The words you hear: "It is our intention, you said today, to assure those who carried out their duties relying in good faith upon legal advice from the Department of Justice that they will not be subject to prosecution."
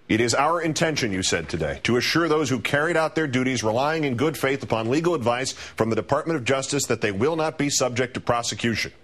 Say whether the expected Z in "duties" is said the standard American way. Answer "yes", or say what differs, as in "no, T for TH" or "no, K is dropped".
yes